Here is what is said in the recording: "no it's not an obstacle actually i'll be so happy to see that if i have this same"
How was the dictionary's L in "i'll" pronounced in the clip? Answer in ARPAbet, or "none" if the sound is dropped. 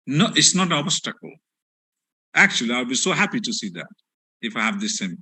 W